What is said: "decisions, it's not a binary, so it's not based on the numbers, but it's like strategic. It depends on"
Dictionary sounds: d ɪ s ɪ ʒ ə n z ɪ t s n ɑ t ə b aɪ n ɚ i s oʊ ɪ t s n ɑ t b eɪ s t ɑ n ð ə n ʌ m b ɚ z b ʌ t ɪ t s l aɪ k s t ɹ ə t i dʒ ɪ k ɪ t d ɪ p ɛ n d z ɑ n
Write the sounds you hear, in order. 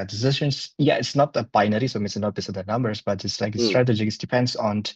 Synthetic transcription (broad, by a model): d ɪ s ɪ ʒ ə n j ɪ t s n ɑ t ə b aɪ n ɚ i s oʊ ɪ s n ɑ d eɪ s ɑ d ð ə n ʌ m b ɚ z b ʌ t ɪ t s l aɪ k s t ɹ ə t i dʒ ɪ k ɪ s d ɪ p ɛ n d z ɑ n